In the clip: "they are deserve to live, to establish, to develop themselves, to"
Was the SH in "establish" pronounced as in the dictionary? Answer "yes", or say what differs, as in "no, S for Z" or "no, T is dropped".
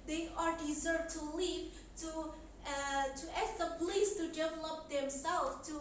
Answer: no, S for SH